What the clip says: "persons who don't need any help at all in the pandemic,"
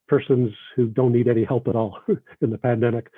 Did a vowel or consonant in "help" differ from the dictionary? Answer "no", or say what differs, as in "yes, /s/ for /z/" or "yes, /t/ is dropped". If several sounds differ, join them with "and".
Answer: no